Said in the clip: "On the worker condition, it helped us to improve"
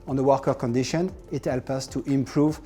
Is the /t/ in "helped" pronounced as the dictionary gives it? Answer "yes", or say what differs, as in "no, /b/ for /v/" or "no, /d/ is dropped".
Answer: no, /t/ is dropped